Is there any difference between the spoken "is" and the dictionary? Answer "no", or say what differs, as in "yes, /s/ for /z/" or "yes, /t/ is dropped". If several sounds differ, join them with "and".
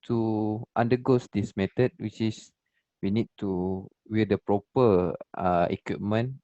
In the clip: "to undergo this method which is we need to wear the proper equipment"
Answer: yes, /s/ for /z/